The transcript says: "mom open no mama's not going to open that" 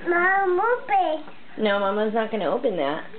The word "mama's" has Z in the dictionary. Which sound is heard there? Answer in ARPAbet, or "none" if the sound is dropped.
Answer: Z